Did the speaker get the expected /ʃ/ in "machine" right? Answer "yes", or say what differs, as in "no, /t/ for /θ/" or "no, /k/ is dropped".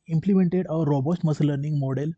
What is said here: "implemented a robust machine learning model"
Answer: no, /s/ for /ʃ/